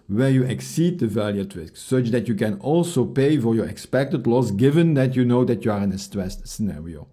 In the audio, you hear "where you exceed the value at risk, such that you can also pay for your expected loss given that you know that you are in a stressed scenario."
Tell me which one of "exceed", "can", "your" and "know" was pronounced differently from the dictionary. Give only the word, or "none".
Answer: none